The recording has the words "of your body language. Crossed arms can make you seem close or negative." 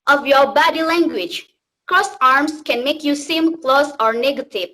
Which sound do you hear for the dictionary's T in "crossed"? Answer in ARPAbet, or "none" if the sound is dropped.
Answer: none